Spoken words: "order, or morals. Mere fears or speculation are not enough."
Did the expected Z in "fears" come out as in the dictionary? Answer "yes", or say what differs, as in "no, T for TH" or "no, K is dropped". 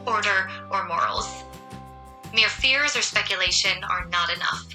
yes